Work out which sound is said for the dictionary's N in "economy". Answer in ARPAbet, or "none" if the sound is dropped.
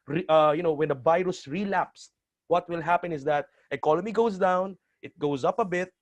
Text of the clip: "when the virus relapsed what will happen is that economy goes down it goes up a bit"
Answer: L